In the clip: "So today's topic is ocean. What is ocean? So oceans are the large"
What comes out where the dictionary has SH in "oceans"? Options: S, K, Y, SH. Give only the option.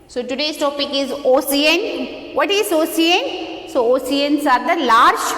S